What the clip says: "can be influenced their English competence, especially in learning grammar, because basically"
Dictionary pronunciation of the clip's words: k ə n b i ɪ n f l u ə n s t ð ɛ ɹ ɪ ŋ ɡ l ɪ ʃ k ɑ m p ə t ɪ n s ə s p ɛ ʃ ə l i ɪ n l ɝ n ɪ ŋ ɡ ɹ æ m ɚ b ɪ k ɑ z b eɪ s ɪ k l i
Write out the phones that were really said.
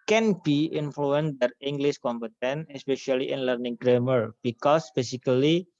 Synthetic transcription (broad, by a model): k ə n b i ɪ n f l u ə n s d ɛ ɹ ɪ ŋ ɡ l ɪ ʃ k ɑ m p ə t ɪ n ə s p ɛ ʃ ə l i ɪ n l ɝ n ɪ ŋ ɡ ɹ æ m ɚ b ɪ k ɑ s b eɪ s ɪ k l i